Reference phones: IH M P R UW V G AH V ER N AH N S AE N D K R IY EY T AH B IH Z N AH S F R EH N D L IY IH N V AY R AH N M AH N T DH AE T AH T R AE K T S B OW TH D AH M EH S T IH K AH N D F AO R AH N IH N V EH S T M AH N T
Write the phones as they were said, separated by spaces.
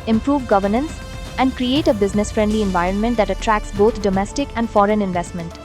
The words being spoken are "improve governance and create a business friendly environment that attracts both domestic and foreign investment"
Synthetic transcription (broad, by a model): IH M P R UW V G AH V ER N AH N S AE N D K R IY EY T AH B IH Z N AH S F R EH N D L IY IH N V AY R AH N M AH N T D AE T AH T R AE K S B OW T D AH M EH S T IH K AH N D F AO R AH N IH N V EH S T M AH N T